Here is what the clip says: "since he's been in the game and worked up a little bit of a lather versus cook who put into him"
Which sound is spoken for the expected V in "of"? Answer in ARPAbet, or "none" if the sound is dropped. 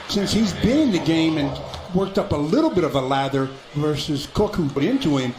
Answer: V